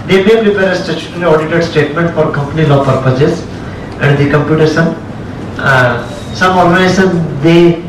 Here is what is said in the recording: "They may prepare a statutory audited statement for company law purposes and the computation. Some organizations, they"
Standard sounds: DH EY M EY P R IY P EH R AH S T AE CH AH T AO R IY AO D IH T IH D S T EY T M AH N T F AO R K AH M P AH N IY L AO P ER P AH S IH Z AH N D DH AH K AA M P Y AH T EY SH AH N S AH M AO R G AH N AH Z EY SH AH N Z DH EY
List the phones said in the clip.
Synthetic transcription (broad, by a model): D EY M EY P R IY P EH R AH S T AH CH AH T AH L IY AO D IH T IH D S T EY T M AH N T F AO R K AH M P AH N IY L AO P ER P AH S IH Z AH N D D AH K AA M P Y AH T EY S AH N S AH M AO R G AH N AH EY S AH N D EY